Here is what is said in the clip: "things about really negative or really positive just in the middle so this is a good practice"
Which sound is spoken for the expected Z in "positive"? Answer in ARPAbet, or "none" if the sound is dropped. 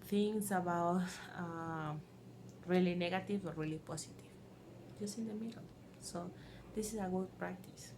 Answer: S